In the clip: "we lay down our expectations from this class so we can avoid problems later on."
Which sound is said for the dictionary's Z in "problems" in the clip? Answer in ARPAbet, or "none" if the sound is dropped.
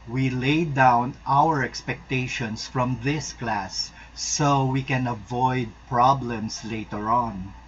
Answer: S